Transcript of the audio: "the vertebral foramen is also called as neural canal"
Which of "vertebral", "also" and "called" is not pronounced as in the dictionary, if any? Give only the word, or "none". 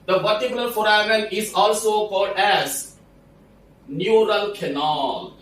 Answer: vertebral